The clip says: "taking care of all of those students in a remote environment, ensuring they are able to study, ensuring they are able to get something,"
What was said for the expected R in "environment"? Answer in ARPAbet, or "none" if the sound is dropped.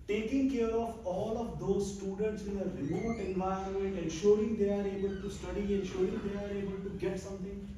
none